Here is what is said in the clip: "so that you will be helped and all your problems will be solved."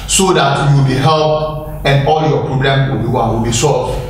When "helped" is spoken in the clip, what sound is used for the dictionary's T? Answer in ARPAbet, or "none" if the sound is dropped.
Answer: none